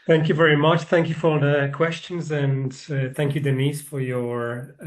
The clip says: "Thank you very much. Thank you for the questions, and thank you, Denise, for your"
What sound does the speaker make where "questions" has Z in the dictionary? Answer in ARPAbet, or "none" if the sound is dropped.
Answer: Z